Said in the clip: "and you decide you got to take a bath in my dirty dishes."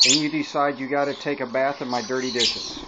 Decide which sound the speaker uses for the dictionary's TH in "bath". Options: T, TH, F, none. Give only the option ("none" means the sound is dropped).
TH